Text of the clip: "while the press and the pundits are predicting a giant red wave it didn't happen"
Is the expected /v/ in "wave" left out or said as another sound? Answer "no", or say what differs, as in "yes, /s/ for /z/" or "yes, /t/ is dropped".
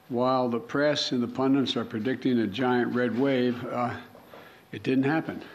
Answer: no